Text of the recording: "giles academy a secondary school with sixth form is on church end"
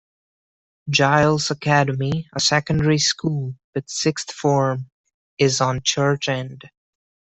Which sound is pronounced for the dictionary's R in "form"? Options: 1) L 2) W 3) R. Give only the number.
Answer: 3